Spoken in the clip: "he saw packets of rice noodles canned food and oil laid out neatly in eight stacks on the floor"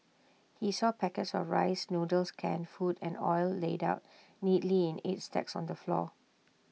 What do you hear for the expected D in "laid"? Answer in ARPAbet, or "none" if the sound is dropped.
D